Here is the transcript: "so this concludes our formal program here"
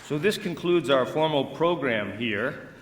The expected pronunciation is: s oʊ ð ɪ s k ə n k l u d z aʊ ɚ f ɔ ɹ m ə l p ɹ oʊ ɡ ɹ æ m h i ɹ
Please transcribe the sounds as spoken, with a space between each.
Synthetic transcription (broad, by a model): s oʊ ð ɪ s k ə n k l u d z aʊ ɚ f ɔ ɹ m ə l p ɹ oʊ ɡ ɹ æ m h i ɹ